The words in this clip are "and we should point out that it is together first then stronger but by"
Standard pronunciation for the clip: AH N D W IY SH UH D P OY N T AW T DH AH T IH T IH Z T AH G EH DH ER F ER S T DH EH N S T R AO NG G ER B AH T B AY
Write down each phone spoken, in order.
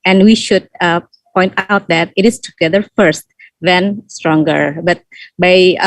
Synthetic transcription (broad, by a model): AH N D W IY SH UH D P OY N T AW T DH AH T IH T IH S T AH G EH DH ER F ER S T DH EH N S T R AO NG G ER B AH T B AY